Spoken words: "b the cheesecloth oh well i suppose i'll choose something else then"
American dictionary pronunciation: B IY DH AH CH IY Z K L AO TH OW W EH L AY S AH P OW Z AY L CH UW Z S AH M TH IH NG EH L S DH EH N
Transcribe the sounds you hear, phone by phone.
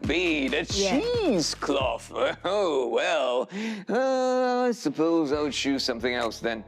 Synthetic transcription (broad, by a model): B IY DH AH S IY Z K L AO F OW W EH L AY S AH P OW Z AY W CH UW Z S AH M TH IH NG EH L S DH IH N